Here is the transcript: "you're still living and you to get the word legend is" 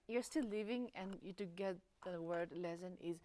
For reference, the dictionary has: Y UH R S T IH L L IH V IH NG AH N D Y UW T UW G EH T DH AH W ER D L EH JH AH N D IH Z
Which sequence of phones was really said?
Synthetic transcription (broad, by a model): Y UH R S T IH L L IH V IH NG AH N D Y UW T UW G EH T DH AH W ER D L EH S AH N IH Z